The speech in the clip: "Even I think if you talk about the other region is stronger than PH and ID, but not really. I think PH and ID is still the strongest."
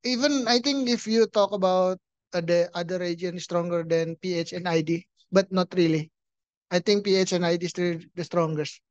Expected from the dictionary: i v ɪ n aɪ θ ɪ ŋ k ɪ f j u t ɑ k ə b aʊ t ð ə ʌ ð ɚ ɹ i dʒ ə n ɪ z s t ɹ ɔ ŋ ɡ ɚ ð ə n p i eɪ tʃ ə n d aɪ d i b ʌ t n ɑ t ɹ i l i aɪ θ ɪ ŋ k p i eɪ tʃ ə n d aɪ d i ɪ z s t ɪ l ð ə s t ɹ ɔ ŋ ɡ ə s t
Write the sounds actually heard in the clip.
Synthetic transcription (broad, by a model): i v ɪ n aɪ t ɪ ŋ k ɪ f j u t ɑ k ə b aʊ t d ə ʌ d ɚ ɹ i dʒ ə ɪ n s t ɹ ɔ ŋ ɡ ɚ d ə n p i eɪ tʃ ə n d aɪ d i b ʌ t n ɑ t ɹ i l i aɪ t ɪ ŋ k p i eɪ tʃ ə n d aɪ d i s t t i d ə s t ɹ ɔ ŋ ɡ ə s t